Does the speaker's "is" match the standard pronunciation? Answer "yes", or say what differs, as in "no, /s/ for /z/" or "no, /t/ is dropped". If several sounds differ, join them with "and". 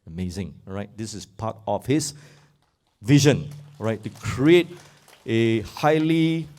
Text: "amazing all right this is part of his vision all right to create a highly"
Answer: no, /s/ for /z/